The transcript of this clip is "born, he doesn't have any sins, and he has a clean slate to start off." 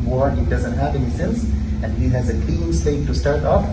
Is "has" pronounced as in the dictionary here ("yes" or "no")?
yes